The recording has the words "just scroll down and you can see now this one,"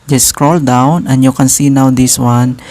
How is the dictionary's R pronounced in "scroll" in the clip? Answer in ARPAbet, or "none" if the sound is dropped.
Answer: R